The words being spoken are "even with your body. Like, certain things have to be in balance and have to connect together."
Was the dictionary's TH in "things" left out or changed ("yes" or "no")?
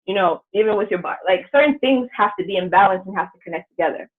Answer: no